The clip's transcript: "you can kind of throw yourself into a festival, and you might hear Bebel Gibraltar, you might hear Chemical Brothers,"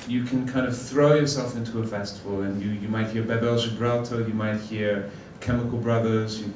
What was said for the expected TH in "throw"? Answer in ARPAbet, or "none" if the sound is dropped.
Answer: TH